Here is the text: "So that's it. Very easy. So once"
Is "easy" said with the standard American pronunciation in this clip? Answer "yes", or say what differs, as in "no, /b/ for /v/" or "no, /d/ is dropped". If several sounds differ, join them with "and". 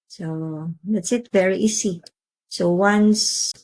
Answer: no, /s/ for /z/